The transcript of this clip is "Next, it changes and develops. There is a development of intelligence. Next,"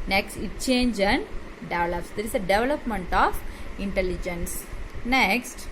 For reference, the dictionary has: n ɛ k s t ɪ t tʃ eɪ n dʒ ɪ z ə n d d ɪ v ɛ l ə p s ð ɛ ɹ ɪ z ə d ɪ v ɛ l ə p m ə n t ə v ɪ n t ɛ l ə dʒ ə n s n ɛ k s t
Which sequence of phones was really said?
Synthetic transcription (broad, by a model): n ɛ k s t ɪ t tʃ eɪ n dʒ ə n d d ɪ v ɛ l ə p s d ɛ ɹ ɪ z ə d ɪ v ɛ l ə p m ə n t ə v ɪ n t ɛ l ə dʒ ə n s n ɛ k s t